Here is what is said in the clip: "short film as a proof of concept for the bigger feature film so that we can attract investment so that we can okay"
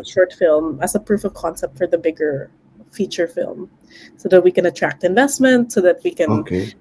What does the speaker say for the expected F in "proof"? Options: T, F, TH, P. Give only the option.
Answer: F